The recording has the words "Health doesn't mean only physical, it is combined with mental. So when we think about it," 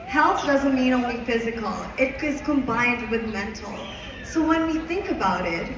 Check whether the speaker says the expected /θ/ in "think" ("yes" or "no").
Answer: yes